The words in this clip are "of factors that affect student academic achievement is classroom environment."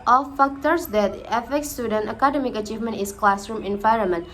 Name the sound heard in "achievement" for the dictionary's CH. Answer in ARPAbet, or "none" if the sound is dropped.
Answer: CH